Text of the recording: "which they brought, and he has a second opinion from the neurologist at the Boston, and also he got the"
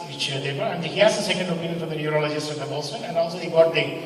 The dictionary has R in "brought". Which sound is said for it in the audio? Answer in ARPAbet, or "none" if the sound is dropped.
none